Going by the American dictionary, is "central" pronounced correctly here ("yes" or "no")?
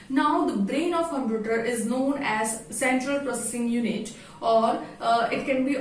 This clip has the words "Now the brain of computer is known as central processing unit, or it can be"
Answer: yes